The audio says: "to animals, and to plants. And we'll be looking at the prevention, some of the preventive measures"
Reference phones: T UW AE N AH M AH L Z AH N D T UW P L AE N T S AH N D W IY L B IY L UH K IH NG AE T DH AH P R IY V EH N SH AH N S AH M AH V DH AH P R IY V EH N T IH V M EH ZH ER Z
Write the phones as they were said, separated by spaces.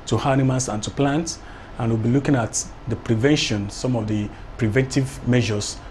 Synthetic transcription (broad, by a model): T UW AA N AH M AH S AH N T UW P L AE N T AH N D W IY L B IY L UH K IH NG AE T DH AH P R IY V EH N SH AH N S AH M AH V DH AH P R IY V EH N T IH V M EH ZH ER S